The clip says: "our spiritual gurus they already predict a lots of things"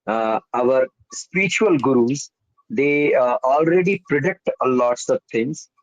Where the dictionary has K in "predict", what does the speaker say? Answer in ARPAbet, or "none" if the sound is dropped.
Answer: K